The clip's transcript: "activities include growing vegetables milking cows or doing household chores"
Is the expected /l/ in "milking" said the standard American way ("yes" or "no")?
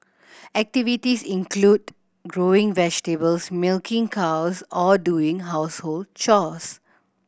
yes